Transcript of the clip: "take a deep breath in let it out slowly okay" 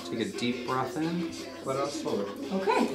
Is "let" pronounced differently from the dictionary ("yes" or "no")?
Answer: yes